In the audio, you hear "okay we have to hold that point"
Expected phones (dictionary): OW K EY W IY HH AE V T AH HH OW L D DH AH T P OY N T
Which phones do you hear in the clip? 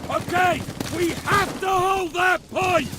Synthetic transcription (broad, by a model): OW K EY W IY HH AE F T AH HH OW L D DH AH T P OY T